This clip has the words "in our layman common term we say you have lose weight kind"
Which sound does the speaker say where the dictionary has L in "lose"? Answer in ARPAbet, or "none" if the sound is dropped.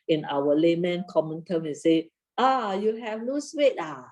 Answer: N